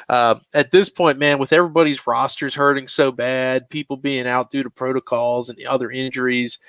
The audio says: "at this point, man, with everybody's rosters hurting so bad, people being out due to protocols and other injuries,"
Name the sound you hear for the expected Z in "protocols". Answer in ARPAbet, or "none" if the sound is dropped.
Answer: Z